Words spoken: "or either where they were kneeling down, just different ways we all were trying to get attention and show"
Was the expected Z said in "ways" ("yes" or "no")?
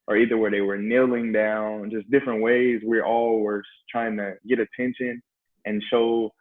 yes